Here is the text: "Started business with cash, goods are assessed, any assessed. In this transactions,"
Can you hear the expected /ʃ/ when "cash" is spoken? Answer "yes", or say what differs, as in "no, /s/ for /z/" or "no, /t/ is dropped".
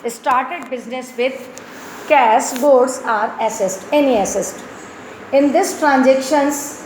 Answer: no, /s/ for /ʃ/